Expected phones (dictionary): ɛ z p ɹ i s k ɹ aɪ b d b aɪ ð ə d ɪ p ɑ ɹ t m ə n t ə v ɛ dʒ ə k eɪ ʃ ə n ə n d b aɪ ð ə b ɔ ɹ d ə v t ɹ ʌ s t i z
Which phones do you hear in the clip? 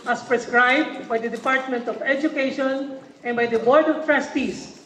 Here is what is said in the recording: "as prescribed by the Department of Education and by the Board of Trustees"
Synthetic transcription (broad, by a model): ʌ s p ɹ i s k ɹ aɪ b d b aɪ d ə d ɪ p ɑ ɹ t m ə n t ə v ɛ dʒ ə k eɪ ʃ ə n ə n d b aɪ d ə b ɔ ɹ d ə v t ɹ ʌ s t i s